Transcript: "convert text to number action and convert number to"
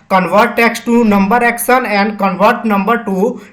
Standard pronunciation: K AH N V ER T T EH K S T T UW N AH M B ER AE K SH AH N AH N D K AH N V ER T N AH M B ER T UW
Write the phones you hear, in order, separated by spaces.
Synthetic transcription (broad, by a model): K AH N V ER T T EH K S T T UW N AH M B ER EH K S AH N AH N D K AH N V ER T N AH M B ER T UW